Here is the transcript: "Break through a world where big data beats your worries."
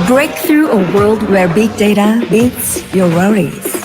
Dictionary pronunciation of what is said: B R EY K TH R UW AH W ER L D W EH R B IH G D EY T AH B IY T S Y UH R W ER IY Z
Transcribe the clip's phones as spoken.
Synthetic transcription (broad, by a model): B R EY K TH R UW AH W ER L D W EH R B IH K D EY T AH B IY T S Y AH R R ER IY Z